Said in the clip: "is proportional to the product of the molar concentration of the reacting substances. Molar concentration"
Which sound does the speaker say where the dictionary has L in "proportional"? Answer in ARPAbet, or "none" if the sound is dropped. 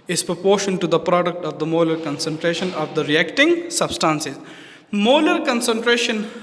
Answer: N